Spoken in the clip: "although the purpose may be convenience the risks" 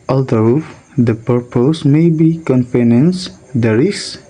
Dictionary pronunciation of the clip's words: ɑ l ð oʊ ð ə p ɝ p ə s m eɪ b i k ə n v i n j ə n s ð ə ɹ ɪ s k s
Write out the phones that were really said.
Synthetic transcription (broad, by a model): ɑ l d oʊ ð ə p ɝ p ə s m eɪ b i k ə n p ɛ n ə n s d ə ɹ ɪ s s